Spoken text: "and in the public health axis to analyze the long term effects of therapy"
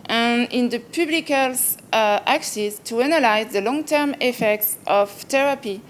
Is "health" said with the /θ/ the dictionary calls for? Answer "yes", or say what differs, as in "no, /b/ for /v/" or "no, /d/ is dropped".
no, /s/ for /θ/